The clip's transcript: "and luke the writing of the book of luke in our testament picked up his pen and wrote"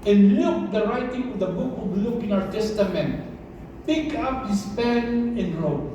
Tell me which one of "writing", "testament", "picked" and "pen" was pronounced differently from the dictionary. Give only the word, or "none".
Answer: picked